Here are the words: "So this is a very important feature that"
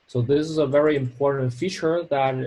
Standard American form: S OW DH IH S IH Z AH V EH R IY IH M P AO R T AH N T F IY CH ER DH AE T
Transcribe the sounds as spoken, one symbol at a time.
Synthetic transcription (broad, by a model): S OW DH IH S IH Z AH V EH R IY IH M P AO R T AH N T F IY CH ER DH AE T